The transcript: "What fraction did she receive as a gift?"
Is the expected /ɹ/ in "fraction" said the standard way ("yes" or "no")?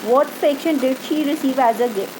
no